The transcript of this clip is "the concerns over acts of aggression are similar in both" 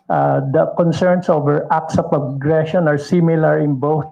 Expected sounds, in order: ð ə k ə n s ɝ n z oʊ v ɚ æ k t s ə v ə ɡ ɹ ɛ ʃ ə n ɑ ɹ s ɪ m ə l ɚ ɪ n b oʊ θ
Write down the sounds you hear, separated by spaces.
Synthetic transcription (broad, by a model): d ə k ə n s ɝ n s oʊ v ɚ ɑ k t s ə p ə ɡ ɹ ɛ ʃ ə n ɑ ɹ s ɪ m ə l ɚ ɪ n b oʊ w